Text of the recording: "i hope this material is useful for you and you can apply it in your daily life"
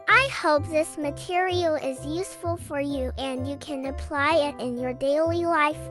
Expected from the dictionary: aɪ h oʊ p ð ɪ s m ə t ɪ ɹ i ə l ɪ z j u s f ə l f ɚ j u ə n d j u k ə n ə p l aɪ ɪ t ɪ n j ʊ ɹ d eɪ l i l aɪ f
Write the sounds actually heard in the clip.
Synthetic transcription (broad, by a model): aɪ h oʊ p ð ɪ s m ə t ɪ ɹ i l ɪ z j u s f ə l f ɚ j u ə n j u k ə n ə p l aɪ ɪ t ɪ n j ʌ ɹ d eɪ l i l aɪ f